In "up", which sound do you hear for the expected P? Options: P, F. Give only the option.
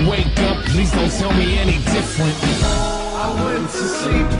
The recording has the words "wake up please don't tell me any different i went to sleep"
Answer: P